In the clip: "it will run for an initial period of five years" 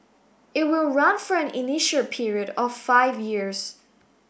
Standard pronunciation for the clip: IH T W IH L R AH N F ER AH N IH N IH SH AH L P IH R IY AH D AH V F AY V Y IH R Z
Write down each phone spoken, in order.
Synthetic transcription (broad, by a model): IH T W IH L R AH N F ER AH N IH N IH SH AH L P IH R IY AH D AH V F AY V Y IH R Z